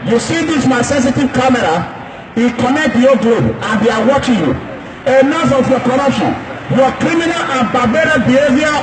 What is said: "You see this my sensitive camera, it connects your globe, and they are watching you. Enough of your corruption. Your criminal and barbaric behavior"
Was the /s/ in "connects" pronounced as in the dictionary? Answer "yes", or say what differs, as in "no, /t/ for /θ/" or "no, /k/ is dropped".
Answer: no, /s/ is dropped